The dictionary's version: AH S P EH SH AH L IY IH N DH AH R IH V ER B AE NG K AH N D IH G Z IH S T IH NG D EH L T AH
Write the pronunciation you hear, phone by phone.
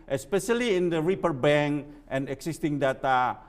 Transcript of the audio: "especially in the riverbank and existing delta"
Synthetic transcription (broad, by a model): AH S P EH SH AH L IY IH N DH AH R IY P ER B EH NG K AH N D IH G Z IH S T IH NG D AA T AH